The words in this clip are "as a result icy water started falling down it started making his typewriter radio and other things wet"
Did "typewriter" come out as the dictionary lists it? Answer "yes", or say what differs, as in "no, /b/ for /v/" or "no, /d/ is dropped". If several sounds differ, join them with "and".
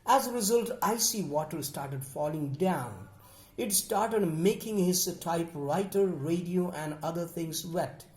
yes